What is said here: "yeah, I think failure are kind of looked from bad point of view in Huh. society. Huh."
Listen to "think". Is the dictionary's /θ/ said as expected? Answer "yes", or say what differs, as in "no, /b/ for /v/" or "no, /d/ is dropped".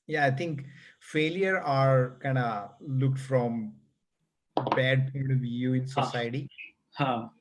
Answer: no, /t/ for /θ/